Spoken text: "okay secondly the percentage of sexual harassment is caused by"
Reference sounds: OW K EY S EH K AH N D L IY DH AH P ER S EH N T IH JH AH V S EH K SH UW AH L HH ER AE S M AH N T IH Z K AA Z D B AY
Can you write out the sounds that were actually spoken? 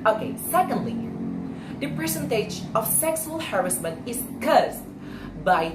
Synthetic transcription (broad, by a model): OW K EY S EH K AH N D L IY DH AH P ER S EH N T IH JH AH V S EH K S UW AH L HH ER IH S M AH N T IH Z K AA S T B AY